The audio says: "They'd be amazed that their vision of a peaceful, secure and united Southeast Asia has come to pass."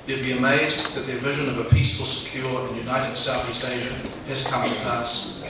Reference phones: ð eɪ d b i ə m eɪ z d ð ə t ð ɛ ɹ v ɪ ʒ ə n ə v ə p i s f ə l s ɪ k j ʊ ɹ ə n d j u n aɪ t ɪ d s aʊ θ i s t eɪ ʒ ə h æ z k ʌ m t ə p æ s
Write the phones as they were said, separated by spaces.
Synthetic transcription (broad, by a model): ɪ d b i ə m eɪ z ð ə t ð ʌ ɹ v ɪ ʒ ə n ə v ə p i s f ə l s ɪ k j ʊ ɹ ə n j u n aɪ t ɪ d s aʊ θ i s t eɪ ʒ ə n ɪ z k ʌ m t ə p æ s